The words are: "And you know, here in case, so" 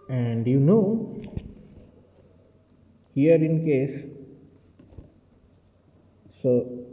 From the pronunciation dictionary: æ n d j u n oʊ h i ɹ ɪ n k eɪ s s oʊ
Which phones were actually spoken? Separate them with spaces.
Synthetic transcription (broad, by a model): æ n d j u n oʊ h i ɹ ɪ n k eɪ s s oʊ